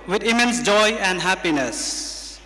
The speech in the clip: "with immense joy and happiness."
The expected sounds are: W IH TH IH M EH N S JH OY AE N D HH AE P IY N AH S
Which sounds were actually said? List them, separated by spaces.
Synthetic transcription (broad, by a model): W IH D IH M EH N S JH OY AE N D HH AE P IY N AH S